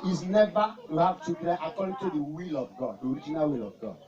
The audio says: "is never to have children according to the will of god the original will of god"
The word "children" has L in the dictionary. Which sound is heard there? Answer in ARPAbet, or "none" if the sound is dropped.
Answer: none